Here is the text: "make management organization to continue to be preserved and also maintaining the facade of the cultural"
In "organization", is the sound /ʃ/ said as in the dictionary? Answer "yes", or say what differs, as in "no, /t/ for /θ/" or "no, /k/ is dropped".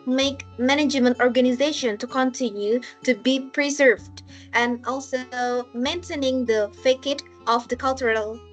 yes